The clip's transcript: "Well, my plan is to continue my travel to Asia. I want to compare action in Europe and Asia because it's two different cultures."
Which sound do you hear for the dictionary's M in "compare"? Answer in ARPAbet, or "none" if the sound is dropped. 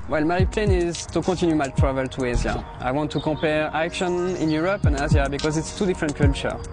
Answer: none